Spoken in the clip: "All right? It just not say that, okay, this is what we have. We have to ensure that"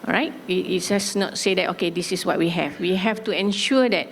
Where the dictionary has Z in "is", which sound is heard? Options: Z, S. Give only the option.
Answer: S